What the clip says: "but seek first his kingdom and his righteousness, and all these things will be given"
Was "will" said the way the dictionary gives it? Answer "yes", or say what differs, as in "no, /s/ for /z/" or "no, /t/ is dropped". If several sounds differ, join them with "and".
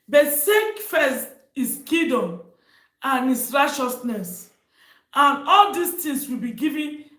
yes